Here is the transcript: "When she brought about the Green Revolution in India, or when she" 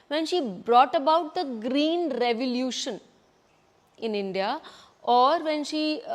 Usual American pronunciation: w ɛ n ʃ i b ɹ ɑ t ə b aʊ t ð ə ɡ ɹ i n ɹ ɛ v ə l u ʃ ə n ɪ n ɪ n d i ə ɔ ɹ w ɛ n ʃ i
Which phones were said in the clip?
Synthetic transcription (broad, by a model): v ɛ n ʃ i b ɹ ɑ t ə b aʊ t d ə ɡ ɹ i n ɹ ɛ v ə l u ʃ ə n ɪ n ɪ n d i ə ɔ ɹ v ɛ n ʃ i